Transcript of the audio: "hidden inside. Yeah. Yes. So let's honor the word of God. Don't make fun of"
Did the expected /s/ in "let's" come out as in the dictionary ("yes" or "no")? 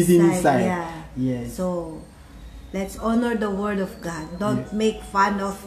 yes